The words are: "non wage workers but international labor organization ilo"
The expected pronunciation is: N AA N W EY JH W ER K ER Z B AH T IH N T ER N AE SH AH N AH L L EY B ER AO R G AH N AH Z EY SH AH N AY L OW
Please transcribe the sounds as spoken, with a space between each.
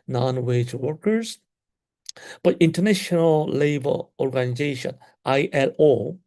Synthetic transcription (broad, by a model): N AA N W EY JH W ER K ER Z B AH T IH N T ER N AE SH AH N AH L L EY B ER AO R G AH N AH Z EY SH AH N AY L OW